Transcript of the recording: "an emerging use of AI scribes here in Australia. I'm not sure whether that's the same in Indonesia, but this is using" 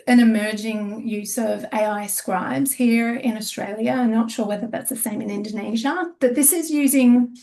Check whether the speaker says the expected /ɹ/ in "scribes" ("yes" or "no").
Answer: yes